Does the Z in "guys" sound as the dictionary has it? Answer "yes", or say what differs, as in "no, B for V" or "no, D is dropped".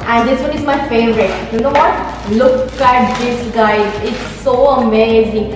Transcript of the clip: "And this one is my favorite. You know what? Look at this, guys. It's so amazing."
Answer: no, Z is dropped